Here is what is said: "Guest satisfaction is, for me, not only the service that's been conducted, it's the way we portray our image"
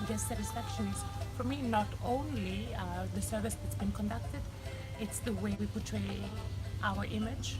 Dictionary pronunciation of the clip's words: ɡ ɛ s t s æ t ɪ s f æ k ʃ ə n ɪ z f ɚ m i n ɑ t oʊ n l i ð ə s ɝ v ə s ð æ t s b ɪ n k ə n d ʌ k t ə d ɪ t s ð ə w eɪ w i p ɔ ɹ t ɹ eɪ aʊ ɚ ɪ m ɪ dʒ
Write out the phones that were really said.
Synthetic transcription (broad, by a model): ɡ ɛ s s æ t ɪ s f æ k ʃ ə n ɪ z f ɚ m i n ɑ t oʊ n l i ð ə s ɝ v ə s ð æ t s b ɪ n k ə n d ʌ k t ə d ɪ t s ð ə w eɪ w i p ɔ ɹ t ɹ eɪ aʊ ɚ ɪ m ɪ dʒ